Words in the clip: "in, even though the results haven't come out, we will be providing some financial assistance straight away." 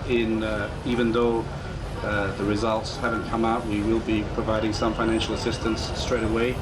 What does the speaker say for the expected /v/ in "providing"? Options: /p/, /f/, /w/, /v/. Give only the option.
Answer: /v/